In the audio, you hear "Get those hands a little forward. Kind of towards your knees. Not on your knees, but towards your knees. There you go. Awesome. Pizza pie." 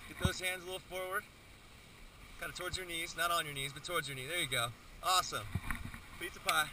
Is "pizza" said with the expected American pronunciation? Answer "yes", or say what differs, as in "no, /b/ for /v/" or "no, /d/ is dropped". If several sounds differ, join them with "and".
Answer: no, /s/ is dropped